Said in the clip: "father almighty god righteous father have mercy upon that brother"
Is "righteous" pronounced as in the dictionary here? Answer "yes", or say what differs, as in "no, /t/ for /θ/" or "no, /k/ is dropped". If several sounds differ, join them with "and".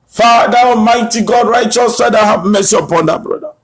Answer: yes